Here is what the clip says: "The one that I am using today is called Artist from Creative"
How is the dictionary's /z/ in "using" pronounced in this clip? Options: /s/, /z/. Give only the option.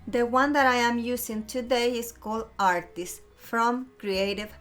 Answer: /s/